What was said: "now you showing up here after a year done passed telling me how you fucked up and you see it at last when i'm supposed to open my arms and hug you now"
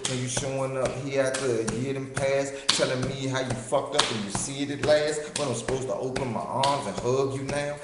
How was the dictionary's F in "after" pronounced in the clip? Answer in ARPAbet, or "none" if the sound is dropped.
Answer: none